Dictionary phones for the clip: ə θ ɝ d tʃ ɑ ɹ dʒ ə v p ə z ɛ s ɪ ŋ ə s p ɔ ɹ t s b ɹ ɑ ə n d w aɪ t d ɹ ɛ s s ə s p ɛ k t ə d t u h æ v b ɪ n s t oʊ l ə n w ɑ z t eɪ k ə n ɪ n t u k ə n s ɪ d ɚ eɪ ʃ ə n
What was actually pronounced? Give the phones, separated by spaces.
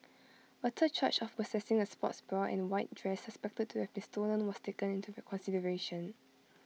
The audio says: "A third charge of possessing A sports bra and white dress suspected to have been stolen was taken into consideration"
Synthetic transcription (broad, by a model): ə t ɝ tʃ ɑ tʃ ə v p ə s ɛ s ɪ ŋ ə s p ɔ t s b ɹ ɑ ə n w aɪ t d ɹ ɛ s s ə s p ɛ k t ə d t u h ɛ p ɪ n s t oʊ l ə n w ɑ s t eɪ k ə n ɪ n t u k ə n s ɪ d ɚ eɪ ʃ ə n